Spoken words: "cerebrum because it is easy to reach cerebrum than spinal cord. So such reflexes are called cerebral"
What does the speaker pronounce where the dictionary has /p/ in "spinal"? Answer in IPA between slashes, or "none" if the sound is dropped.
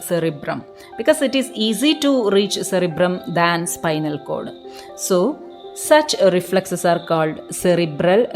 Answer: /p/